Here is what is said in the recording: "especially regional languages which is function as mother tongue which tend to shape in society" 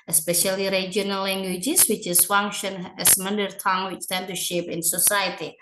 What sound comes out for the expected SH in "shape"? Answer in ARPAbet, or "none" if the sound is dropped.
SH